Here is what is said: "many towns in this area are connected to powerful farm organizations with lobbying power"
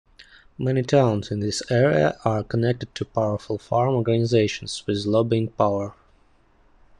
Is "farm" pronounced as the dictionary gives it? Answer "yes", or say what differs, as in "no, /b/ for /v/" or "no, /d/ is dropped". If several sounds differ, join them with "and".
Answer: yes